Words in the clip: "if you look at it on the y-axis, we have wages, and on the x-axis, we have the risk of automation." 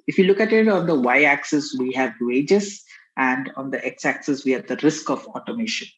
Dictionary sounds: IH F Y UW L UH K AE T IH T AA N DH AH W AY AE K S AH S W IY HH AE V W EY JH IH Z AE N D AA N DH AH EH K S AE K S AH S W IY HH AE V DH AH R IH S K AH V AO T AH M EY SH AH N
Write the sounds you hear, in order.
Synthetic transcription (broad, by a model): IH F Y UW L UH K AE T IH T AA N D AH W AY AE K S AH S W IY HH AE V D EY JH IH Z AE N D AA N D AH EH K S AE K S AH S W IY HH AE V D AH R IH S K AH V AO T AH M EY SH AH N